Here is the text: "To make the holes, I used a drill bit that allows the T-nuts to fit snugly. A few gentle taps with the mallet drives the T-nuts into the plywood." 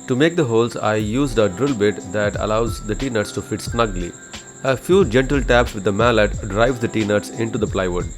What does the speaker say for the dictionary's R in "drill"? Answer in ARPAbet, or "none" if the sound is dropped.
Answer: R